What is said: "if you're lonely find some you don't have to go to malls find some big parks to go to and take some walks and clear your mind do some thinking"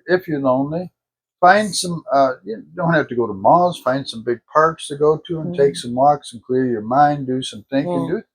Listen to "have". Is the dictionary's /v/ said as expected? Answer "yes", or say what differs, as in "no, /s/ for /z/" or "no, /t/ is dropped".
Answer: no, /f/ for /v/